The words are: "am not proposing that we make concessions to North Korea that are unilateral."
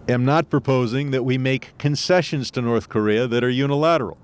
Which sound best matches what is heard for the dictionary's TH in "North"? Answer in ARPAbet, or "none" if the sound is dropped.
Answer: TH